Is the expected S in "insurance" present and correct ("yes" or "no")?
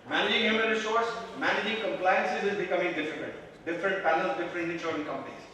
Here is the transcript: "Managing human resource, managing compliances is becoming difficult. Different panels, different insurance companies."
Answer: no